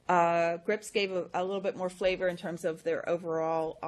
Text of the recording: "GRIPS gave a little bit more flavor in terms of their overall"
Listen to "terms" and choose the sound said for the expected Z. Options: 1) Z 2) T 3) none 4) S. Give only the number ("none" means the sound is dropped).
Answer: 1